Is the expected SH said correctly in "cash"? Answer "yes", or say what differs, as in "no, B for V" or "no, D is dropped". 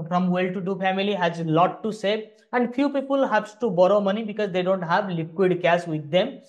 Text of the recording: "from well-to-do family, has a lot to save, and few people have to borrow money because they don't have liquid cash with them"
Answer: no, S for SH